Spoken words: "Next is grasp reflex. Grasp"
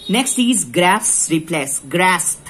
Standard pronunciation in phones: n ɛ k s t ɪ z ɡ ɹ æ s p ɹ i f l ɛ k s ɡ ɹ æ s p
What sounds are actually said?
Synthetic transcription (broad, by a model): n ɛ k s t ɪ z ɡ ɹ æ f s ɹ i p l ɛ s ɡ ɹ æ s